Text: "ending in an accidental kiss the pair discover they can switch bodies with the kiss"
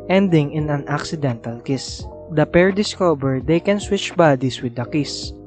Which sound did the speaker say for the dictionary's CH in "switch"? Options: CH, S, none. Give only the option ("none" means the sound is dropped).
CH